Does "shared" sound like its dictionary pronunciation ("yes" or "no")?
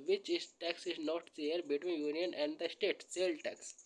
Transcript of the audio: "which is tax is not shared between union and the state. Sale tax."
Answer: no